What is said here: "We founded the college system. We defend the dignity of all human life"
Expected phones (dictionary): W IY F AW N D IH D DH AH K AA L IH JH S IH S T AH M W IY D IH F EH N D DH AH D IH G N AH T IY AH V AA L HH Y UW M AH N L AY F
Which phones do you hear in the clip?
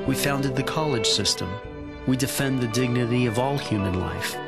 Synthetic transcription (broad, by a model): W IY F AW N D IH D DH AH K AA L IH JH S IH S T AH M W IY D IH F EH N DH AH D IH G N AH T IY AH V AA L HH Y UW M AH N L AY F